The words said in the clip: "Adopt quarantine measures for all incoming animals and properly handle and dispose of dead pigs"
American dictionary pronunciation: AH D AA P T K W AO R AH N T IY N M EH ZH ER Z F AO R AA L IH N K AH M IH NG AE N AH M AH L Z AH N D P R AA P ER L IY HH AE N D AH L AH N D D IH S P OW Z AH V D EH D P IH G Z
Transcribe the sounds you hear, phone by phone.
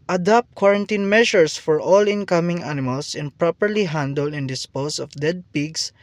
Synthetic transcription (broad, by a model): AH D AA P T K W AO R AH N T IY N M EH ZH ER S F AO R AA L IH N K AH M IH NG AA N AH M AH L S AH N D P R AA P ER L IY HH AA N D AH L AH N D D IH S P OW S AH F D EH D P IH G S